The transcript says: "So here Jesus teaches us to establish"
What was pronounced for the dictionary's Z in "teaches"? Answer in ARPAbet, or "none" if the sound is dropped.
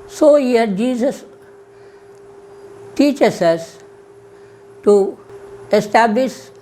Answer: S